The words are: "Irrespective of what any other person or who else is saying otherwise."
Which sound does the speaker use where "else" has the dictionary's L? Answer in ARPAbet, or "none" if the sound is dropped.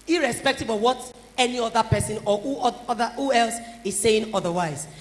L